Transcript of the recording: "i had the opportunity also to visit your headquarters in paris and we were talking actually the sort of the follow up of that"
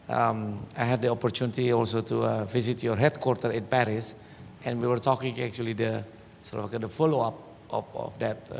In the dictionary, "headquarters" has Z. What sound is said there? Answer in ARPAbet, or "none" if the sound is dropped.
none